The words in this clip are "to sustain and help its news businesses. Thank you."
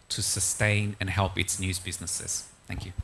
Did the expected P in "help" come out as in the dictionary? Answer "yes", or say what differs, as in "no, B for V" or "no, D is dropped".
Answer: yes